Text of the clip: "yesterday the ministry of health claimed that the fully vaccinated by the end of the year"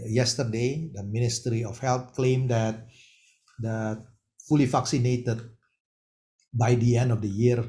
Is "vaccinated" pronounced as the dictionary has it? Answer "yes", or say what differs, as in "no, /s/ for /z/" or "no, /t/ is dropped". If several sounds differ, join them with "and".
no, /f/ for /v/